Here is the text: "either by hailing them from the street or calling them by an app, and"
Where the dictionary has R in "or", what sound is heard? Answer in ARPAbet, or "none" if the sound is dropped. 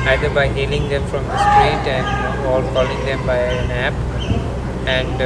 L